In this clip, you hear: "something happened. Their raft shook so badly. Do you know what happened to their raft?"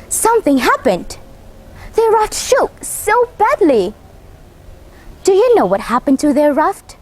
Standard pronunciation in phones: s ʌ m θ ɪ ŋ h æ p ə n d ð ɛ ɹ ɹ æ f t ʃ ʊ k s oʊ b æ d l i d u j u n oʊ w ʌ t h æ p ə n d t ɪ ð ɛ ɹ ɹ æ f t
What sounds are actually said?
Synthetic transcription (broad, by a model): s ʌ m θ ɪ ŋ h æ p ə n d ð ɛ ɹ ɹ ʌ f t ʃ ʊ k s oʊ b æ d l i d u j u n oʊ w ʌ t h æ p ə n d t ɪ ð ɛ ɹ ɹ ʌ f t